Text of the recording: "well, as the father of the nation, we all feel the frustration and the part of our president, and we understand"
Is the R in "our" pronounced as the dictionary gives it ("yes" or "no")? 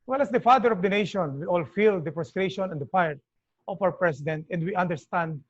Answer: yes